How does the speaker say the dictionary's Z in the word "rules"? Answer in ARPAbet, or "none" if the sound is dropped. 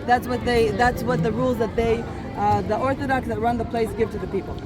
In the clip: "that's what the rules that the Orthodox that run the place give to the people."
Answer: Z